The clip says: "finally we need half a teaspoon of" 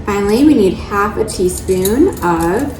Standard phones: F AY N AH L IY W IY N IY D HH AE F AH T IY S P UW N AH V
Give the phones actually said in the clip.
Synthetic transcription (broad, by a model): F AY N L IY W IY N IY D HH AE F AH T IY S P UW N AH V